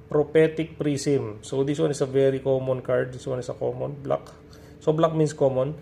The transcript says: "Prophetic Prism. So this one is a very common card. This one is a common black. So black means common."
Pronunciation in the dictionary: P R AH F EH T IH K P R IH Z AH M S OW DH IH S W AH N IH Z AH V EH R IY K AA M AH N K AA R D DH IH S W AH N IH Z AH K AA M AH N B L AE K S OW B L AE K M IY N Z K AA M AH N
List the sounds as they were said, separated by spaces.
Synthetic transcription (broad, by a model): P R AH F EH T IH K P R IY S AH M S OW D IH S W AH N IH S AH V EH R IY K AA M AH N K AA R D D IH S W AH N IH S AH K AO M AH N B L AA K S OW B L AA K M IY N S K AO M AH N